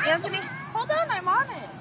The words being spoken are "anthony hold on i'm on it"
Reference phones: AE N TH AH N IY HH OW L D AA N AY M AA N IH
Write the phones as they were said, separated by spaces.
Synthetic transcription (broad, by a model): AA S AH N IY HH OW D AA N AY M AA N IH